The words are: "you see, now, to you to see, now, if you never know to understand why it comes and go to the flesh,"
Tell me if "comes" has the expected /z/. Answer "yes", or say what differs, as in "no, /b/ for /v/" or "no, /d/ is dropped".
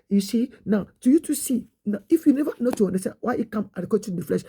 no, /z/ is dropped